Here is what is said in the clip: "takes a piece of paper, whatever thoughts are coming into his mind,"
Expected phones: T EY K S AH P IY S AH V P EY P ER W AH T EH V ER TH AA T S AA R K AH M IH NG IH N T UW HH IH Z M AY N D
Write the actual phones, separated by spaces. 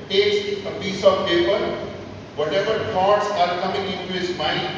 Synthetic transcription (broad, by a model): T EY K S AH P IY S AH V P EY P ER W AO T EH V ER T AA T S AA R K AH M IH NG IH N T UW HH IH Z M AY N